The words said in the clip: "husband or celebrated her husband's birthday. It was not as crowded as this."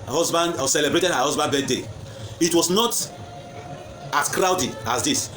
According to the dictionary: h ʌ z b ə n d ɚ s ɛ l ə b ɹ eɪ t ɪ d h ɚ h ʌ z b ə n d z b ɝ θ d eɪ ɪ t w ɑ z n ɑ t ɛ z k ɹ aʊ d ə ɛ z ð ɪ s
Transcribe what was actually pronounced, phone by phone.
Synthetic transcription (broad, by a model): h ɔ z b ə n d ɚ s ɛ l ə b ɹ eɪ t ɪ d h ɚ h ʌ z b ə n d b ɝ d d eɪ ɪ t w ɑ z n ɑ t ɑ s k ɹ aʊ d ə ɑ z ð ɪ s